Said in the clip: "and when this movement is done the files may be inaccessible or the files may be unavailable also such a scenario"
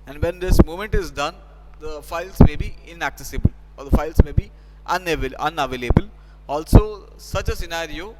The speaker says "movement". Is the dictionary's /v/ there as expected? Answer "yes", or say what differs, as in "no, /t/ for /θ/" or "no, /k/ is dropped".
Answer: no, /v/ is dropped